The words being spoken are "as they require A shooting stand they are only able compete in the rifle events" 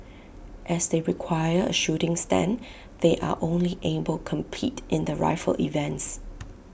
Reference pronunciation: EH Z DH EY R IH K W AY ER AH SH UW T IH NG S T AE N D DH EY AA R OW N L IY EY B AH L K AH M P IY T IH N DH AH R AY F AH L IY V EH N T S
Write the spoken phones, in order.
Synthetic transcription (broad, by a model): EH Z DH EY R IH K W AY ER AH SH UW T IH NG S T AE N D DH EY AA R OW N L IY EY B AH L K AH M P IY T IH N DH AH R AY F AH L IY V EH N T S